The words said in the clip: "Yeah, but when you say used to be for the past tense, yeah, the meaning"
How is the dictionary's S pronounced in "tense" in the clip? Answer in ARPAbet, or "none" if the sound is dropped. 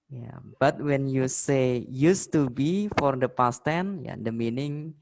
none